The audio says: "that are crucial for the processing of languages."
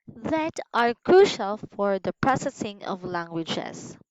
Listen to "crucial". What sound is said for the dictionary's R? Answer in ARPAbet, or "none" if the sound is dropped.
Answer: R